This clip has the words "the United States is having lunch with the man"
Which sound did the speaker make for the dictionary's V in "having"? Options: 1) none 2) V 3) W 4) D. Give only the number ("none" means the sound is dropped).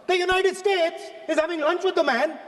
2